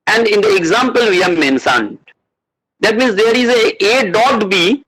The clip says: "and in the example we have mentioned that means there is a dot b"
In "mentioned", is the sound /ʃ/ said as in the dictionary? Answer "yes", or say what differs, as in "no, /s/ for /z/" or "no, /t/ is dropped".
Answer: no, /s/ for /ʃ/